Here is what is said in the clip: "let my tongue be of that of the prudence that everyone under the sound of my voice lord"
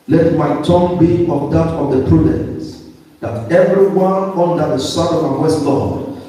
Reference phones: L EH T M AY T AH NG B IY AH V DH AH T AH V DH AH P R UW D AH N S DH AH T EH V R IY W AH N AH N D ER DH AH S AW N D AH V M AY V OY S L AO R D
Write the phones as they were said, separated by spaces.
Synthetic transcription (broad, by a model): L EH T M AY T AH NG B IY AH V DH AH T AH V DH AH P R UW D AH N S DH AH T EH V R IY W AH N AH N D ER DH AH S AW D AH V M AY W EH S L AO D